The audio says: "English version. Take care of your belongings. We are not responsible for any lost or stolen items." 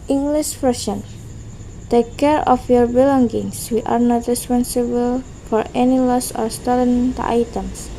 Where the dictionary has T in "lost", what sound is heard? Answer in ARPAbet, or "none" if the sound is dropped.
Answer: none